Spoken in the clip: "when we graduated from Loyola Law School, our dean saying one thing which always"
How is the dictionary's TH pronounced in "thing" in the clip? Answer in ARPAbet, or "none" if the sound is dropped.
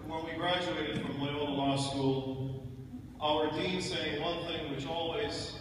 TH